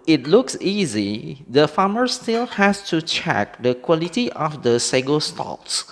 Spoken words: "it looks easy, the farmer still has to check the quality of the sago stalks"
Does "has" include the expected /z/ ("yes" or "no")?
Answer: no